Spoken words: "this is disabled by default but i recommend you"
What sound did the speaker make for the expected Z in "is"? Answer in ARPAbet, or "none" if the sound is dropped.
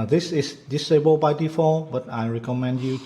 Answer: S